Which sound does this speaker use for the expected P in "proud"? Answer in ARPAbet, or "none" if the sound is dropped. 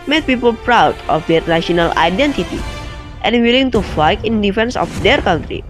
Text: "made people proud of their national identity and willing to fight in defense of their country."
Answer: P